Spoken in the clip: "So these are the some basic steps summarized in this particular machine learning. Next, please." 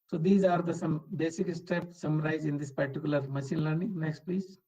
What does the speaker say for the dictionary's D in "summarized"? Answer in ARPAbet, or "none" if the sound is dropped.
none